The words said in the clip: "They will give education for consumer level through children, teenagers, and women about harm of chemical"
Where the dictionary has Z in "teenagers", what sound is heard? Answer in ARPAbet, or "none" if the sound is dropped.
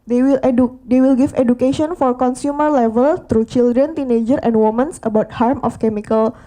none